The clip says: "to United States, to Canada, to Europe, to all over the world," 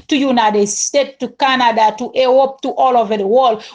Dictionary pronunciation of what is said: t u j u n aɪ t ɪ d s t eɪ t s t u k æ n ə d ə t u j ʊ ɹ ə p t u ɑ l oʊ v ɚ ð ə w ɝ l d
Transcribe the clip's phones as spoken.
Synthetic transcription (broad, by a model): t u j u n aɪ t ɪ d s t eɪ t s t u k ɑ n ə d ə t u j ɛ w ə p t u ɑ l oʊ v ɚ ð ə w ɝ l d